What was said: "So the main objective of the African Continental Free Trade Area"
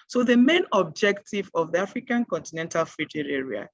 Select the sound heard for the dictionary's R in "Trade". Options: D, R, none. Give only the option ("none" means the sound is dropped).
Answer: none